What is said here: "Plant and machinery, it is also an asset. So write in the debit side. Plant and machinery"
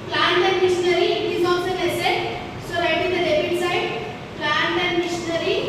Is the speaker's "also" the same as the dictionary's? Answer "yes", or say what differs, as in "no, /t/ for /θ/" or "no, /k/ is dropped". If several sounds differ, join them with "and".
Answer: no, /l/ is dropped